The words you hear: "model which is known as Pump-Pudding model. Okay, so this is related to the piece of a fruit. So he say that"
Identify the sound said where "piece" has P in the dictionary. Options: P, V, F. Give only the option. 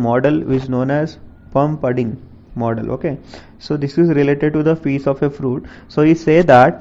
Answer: F